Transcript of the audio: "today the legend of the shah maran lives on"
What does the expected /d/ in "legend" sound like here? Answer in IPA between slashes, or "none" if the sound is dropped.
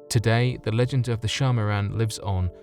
/d/